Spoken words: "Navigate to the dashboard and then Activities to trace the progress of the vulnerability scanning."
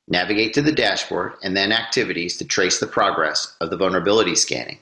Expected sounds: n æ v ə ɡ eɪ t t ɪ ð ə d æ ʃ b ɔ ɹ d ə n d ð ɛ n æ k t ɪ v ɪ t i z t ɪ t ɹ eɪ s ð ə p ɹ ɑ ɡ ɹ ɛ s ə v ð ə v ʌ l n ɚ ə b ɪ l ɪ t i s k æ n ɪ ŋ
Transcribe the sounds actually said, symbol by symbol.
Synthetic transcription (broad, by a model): n æ v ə ɡ eɪ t t ɪ ð ə d æ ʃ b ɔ ɹ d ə n ð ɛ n æ k t ɪ v ɪ t i z t ɪ t ɹ eɪ s ð ə p ɹ ɑ ɡ ɹ ɛ s ə v ð ə v ʌ l n ɚ ə b ɪ l ɪ t i s k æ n ɪ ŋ